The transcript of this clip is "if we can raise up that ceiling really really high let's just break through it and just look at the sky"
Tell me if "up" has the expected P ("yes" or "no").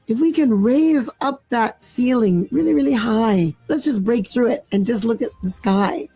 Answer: yes